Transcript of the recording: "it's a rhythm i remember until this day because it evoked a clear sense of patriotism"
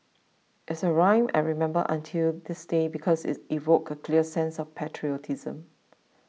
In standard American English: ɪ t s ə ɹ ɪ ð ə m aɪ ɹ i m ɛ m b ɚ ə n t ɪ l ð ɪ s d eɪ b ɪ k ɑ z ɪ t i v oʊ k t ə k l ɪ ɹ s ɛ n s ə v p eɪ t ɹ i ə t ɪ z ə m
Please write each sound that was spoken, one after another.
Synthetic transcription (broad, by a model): ɪ t s ə ɹ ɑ ə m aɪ ɹ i m ɛ m b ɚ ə n t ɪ l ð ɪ s d eɪ b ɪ k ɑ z ɪ t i v oʊ k ə k l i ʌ s ɛ n s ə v p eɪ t ɹ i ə t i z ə m